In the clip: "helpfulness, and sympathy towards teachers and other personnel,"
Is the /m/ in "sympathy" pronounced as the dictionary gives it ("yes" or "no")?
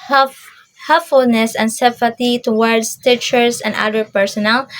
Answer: no